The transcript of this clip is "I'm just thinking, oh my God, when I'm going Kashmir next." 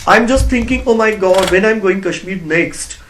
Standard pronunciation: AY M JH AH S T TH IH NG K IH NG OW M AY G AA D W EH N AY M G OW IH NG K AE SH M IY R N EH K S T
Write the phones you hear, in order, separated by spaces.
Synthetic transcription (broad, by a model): AY M JH AH S T T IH NG K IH NG OW M AY G AA D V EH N AY M G OW IH NG K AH SH M IY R N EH K S T